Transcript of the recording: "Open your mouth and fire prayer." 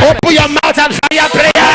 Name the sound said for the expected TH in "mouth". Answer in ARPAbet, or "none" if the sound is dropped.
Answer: T